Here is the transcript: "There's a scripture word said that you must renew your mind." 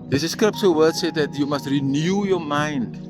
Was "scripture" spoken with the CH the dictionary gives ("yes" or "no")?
no